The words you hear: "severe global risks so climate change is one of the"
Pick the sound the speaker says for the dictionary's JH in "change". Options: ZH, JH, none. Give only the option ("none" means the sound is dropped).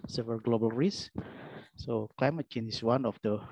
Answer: none